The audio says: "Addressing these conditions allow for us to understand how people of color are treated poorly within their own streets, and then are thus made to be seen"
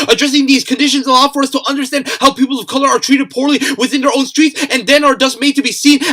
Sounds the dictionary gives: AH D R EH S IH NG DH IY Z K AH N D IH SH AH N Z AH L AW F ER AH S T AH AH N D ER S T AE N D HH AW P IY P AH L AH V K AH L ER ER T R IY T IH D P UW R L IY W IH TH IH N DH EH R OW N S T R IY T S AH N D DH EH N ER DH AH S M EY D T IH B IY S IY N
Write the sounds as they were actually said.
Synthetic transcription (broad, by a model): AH D R EH S IH NG DH IY Z K AH N D IH SH AH N Z AH L AW F ER AH S T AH AH N D ER S T AE N D HH AW P IY P L AH V K AH L ER ER T R IY T IH D P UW R L IY W IH TH IH N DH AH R OW N S T R IY T S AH N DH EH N ER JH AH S M EY D T IH B IY S IY N